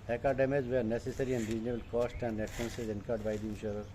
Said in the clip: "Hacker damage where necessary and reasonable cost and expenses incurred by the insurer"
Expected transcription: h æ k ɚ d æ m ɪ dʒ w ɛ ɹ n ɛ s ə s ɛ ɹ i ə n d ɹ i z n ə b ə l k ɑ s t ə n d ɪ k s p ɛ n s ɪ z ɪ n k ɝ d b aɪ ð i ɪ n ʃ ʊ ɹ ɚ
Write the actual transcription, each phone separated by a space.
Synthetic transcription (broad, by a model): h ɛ k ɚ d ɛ m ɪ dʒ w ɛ ɹ n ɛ s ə s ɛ ɹ i ə n d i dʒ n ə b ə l k ɑ s t ə n d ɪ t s ɛ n s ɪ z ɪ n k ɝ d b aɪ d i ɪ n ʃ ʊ ɹ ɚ